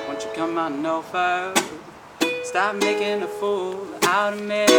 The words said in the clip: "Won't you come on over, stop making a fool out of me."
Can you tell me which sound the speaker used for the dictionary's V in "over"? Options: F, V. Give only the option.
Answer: F